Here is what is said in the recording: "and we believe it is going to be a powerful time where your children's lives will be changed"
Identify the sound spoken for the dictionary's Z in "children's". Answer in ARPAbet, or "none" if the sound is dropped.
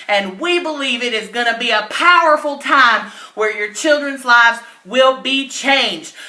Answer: Z